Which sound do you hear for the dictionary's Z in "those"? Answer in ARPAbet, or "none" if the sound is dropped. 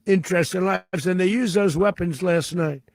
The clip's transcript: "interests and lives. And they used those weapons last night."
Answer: Z